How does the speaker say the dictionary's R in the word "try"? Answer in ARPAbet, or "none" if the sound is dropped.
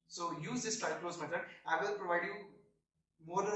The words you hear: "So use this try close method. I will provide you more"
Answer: none